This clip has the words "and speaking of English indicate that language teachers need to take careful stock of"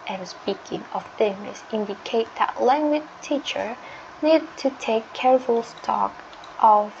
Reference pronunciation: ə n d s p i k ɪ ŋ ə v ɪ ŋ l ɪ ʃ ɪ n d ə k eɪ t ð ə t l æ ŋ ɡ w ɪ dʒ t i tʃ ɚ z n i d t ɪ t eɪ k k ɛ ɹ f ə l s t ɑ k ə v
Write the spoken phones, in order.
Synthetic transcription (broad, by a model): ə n s p i k ɪ ŋ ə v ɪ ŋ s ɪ ɪ n d ə k eɪ t ð ə t l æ ŋ ɡ w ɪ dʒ t i tʃ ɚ n i d t ɪ t eɪ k k ɛ ɹ f ə l s t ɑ k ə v